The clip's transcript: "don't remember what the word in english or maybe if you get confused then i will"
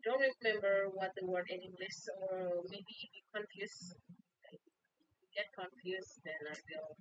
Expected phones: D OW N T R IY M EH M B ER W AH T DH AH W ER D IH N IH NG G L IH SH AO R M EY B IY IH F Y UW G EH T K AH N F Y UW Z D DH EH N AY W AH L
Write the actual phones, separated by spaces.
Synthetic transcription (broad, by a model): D OW N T R IY M EH M B ER W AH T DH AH W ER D IH N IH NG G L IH S AO R M EY B IY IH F Y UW G EH T K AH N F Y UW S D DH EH N AY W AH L